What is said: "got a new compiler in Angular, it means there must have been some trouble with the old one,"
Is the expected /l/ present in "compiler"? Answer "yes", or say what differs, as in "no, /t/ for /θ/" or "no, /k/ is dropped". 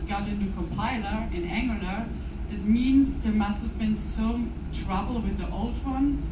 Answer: yes